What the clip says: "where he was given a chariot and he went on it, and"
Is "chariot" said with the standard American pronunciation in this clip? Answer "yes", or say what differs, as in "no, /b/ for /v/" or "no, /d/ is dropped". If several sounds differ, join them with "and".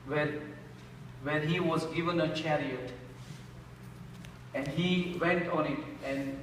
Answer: yes